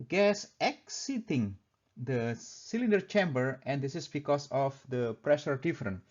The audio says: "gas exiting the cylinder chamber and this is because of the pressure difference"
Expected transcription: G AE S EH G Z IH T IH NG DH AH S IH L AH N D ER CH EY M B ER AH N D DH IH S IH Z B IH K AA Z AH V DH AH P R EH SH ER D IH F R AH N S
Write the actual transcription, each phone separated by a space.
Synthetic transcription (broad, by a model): G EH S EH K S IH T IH NG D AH S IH L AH N D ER CH EY M B ER AH N D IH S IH S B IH K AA S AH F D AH P R EH SH ER D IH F R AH N